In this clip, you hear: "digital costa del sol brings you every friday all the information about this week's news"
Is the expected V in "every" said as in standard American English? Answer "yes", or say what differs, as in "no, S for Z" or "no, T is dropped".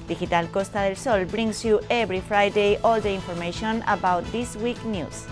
no, B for V